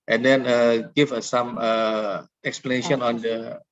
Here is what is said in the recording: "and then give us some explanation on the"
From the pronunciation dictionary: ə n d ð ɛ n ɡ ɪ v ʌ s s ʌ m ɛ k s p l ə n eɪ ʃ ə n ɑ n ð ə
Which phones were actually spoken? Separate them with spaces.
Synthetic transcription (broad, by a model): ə n d ɛ n ɡ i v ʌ s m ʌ ɛ k s p l ə n eɪ ʃ ə n ɑ n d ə